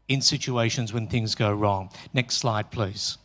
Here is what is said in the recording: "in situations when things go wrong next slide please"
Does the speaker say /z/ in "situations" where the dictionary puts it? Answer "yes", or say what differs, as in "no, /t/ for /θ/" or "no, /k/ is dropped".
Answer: yes